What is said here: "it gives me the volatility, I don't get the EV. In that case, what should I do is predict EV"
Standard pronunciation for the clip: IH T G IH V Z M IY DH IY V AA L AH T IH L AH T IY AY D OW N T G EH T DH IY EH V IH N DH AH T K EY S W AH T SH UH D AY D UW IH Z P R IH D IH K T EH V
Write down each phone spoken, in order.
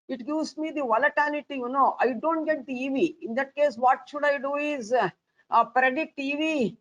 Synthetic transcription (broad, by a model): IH T G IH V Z M IY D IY V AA L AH T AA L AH T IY AY D OW N T G EH T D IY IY V IH N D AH T K EY S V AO T SH UH D AY D UW IH Z P R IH D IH T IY V